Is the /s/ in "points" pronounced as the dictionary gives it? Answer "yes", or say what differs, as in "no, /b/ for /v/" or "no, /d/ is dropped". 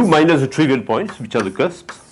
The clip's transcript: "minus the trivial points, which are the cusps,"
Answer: yes